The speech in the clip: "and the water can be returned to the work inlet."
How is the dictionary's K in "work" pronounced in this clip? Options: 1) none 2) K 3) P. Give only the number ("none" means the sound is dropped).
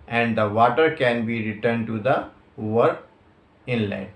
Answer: 1